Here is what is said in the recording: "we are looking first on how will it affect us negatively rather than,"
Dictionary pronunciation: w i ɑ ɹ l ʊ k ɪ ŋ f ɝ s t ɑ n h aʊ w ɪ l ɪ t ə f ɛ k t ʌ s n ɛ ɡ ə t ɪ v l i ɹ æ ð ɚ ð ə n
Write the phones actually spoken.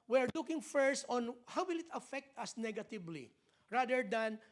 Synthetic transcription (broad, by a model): w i ɑ ɹ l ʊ k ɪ ŋ f ɝ s t ɑ n h aʊ w ɪ l ɪ t ə f ɛ k t ʌ s n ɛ ɡ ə t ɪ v l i ɹ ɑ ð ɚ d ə n